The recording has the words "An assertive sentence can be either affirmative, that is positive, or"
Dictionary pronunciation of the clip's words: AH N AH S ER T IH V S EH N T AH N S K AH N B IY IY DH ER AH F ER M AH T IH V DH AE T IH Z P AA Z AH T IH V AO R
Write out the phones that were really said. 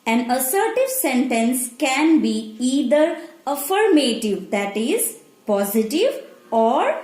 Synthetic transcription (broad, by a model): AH N AH S ER T IH V S EH N T AH N S K AH N B IY IY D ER AH F ER M AH T IH V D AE T IH Z P AA Z AH T IH V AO R